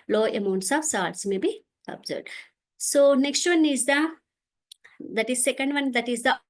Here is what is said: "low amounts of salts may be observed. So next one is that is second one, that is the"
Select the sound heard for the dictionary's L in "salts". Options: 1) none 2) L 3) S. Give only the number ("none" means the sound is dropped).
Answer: 1